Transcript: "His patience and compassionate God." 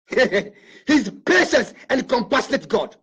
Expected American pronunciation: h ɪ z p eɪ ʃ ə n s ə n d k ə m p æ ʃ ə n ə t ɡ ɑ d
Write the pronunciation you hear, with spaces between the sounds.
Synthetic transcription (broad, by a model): h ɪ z p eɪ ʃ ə s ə n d k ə m p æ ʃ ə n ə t ɡ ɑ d